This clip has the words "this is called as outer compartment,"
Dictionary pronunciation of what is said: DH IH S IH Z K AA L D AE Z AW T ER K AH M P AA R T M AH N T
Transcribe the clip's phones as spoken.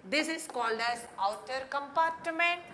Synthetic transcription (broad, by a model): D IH S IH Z K AA L D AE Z AW T ER K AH M P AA R T M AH N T